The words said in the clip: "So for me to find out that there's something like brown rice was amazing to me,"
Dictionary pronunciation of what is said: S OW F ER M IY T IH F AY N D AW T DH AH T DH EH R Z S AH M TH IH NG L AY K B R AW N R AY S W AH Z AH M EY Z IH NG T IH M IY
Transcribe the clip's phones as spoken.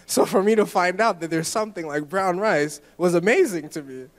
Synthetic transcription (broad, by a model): S OW F ER M IY T IH F AY N D AW T DH AH T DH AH R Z S AH M TH IH NG L AY K B R AW N R AY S W AH Z AH M EY Z IH NG T IH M IY